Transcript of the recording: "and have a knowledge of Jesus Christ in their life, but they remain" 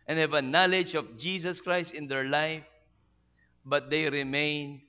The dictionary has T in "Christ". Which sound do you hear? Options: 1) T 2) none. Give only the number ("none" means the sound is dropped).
1